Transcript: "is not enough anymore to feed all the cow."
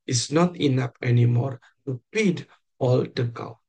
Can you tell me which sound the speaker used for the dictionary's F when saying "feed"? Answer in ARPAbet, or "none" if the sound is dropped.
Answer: P